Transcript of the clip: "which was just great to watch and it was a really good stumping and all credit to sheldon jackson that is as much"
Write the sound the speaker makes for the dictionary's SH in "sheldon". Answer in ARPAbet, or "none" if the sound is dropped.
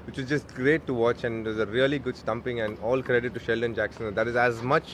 SH